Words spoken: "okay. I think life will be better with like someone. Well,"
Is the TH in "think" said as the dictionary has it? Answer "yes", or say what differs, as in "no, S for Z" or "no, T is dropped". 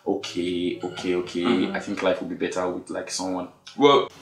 yes